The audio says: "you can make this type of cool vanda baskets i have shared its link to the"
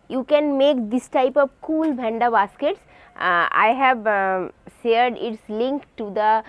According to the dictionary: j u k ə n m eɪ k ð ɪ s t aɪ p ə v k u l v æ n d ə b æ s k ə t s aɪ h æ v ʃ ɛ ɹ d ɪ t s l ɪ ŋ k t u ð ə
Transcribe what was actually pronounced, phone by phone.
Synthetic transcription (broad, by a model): j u k ə n m eɪ k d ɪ s t aɪ p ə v k u l b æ n d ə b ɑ s k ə t s aɪ h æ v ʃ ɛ ɹ d ɪ t s l ɪ ŋ k t u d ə